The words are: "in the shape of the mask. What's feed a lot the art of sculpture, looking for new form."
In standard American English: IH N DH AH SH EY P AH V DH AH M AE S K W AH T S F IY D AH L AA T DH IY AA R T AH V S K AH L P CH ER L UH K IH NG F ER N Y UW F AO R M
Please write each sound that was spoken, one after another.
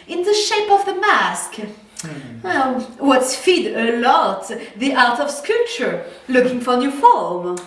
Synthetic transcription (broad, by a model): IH N DH AH SH EY P AH V DH AH M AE S K W AH T S F IY D AH L AA T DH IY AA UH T AH V S K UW P CH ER L UH K IH NG F ER N Y UW F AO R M